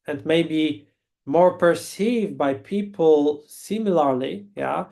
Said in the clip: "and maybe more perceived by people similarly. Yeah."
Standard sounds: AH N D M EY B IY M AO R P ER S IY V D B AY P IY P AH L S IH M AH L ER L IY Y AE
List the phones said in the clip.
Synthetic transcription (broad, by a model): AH N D M EY B IY M AO R P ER S IY V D B AY P IY P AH L S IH M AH L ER L IY Y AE